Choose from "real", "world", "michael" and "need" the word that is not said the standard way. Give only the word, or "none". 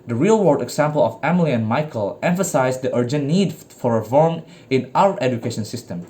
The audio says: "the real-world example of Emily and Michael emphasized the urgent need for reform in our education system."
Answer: world